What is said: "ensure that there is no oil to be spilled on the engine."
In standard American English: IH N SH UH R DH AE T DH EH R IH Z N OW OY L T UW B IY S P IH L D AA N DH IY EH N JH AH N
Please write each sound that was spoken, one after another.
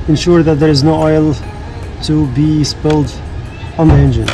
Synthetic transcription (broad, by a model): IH N SH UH R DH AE T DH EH R IH Z N OW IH L T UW B IY S P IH L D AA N DH IY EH N JH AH N